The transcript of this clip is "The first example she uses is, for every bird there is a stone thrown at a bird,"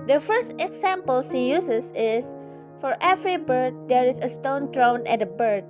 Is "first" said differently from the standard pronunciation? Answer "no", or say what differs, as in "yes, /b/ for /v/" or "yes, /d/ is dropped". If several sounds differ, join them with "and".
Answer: no